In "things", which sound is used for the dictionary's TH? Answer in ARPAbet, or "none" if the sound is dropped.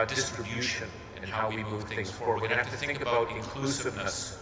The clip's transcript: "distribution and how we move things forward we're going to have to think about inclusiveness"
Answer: TH